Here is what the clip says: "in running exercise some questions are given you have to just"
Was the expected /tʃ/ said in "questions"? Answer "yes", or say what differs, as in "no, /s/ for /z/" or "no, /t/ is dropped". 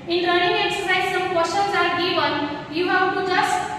no, /tʃ/ is dropped